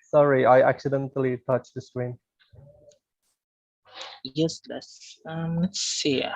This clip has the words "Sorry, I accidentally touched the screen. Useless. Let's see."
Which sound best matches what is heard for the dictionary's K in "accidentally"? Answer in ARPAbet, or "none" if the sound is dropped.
K